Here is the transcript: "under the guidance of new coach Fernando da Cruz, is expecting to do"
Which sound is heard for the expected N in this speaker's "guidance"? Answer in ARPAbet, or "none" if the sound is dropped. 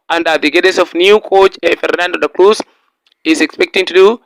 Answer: none